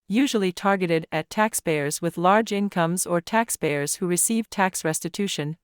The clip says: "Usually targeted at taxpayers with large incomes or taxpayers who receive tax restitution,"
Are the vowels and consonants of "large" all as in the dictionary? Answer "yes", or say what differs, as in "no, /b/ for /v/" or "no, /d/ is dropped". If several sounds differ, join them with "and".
yes